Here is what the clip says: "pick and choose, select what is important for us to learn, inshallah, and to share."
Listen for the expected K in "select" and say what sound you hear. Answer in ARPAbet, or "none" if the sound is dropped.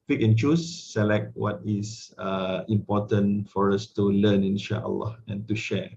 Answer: K